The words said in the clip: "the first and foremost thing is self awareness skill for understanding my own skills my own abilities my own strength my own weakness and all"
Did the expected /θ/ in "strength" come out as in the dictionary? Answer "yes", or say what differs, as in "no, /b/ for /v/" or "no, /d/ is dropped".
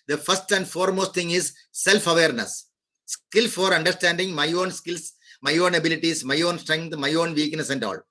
no, /t/ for /θ/